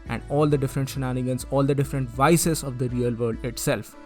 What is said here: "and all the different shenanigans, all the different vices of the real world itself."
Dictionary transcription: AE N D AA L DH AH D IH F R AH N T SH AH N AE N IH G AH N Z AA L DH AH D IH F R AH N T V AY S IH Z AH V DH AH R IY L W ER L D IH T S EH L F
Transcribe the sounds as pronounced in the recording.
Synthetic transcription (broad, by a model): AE N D AA L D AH D IH F R AH N T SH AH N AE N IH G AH N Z AA L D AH D IH F R AH N T V AY S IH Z AH V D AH R IY L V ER D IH T S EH L F